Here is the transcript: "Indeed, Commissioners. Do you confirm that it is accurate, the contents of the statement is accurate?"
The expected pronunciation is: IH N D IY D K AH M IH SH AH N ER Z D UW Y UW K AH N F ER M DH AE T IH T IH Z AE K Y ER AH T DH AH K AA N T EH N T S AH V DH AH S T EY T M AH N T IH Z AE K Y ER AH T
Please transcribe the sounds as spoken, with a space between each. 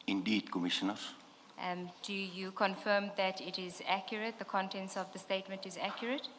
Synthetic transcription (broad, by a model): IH N D IY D K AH M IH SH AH N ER D UW Y UW K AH N F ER M DH AE T IH T IH Z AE K Y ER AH T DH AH K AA N T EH N S AH V DH AH S T EY T M AH N T IH Z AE K Y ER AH T